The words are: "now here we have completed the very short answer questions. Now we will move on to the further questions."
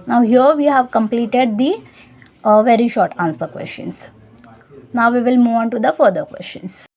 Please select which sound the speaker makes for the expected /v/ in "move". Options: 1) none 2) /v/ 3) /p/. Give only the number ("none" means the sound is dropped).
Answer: 2